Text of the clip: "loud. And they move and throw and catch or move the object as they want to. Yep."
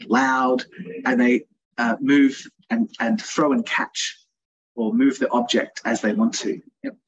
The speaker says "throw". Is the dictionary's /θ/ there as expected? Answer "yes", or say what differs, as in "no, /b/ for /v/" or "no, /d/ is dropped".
yes